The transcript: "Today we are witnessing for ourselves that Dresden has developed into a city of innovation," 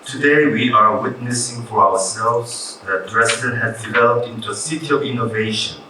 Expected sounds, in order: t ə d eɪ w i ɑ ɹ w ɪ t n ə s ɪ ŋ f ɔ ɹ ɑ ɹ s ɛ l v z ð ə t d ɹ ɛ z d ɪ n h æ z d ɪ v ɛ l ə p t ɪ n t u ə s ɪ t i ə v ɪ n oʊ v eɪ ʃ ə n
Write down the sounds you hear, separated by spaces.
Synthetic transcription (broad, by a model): t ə d eɪ w i ɑ ɹ w ɪ t n ə s ɪ ŋ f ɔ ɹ ɑ w s ɛ l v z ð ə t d ɹ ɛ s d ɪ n h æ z d ɪ v ɛ l ə p t ɪ n t u ə s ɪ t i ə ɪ n oʊ v eɪ ʃ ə n